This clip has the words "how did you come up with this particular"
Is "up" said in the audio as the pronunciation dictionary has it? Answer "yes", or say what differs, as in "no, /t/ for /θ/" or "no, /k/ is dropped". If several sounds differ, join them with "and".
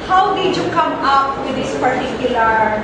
yes